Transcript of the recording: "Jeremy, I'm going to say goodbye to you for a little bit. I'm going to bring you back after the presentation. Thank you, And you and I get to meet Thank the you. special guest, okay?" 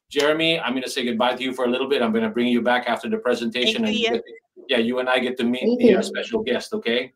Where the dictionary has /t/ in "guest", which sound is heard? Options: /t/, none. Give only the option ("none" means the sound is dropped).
/t/